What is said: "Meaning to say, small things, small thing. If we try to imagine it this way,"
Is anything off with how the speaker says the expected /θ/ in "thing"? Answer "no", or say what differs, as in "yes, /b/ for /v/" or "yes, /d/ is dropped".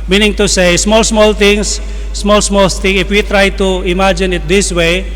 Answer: yes, /t/ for /θ/